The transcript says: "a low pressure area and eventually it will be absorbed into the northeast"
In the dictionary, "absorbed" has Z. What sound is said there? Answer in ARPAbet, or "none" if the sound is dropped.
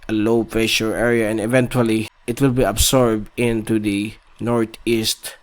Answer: S